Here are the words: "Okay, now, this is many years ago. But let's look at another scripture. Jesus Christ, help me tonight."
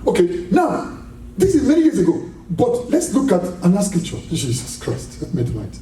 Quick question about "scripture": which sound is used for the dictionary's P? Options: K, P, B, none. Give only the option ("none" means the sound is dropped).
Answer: none